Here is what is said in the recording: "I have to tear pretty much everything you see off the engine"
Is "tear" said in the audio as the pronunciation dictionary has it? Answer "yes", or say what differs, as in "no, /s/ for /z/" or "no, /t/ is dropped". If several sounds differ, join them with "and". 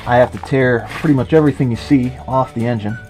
yes